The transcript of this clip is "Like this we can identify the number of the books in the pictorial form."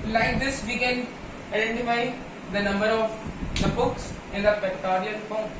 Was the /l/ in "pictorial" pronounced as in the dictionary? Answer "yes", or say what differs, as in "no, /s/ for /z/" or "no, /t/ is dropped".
no, /n/ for /l/